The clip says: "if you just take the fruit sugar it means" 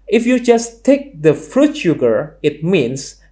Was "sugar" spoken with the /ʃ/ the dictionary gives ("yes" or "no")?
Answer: yes